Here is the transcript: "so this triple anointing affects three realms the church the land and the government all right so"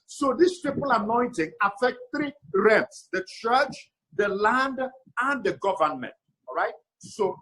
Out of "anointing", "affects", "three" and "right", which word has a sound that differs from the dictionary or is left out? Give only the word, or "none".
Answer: affects